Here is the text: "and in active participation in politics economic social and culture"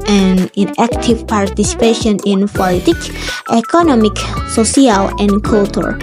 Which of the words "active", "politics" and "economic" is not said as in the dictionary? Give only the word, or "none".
politics